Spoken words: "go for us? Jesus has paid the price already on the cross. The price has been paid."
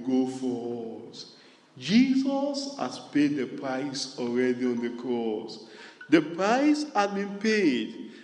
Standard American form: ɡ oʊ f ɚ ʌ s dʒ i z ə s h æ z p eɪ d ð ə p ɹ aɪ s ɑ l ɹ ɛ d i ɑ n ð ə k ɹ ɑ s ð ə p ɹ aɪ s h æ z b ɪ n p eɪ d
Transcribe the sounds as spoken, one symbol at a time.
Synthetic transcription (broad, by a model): ɡ oʊ f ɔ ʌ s dʒ i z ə s h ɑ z p eɪ d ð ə p ɹ aɪ s ɑ l ɹ ɛ d i ɑ n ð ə k ɹ ɑ s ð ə p ɹ aɪ s h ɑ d b ɪ n p eɪ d